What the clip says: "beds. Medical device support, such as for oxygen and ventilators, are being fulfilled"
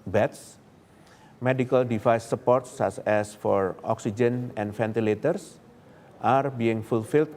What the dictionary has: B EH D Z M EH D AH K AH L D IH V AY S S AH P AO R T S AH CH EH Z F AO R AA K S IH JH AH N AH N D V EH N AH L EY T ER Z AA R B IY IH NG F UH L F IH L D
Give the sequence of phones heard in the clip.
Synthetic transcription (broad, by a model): B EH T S M EH D AH K AH L D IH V AY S S AH P AO R T S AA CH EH S F AO R AA K S IH JH AH N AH N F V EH N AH L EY T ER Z AA R B IY IH NG F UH L F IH L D